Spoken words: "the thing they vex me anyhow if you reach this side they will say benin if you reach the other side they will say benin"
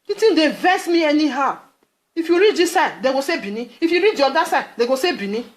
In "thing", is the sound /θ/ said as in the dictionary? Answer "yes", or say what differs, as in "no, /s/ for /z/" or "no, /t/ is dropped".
no, /t/ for /θ/